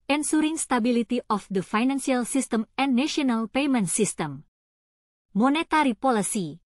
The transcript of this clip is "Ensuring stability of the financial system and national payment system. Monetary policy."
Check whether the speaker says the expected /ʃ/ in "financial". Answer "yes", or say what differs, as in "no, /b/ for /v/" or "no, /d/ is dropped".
no, /s/ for /ʃ/